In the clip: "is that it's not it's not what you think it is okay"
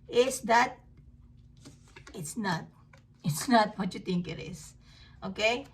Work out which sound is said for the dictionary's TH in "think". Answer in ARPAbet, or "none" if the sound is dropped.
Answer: T